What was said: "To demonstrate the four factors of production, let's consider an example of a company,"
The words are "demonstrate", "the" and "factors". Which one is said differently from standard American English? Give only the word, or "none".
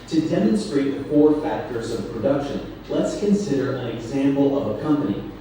none